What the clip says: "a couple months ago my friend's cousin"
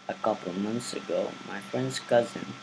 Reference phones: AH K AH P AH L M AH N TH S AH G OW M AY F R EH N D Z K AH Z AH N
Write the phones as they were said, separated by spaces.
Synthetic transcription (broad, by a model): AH K AH P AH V M AH N TH S AH G OW M AY F R EH N D Z K AH Z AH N